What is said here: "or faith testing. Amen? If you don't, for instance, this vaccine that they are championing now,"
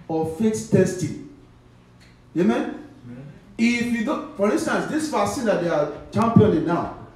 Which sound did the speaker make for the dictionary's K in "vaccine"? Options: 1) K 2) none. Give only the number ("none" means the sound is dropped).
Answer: 2